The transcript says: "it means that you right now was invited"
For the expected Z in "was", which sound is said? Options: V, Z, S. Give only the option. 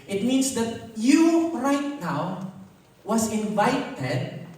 S